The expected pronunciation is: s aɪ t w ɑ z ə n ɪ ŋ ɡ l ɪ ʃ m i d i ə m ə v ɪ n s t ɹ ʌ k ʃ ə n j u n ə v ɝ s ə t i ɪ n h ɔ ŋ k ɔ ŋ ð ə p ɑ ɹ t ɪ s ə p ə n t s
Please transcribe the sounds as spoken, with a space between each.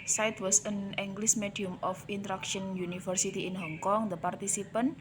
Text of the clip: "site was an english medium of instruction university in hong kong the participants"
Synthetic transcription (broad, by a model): s aɪ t w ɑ s ə n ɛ ŋ ɡ l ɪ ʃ m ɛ d i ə m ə f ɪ n t ɹ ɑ k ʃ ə n j u n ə f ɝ s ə t i ɪ n h ɔ ŋ k ɔ ŋ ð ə p ɑ ɹ t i s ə p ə n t